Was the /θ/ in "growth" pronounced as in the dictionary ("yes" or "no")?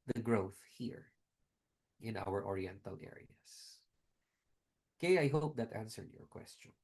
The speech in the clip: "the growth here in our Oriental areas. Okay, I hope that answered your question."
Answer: yes